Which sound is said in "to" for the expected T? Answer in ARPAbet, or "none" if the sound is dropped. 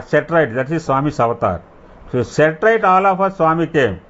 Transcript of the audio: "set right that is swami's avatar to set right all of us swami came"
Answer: S